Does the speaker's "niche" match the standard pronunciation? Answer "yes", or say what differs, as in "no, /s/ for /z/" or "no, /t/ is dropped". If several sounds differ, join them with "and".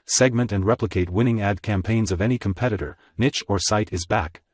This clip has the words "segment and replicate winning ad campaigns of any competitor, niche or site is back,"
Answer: yes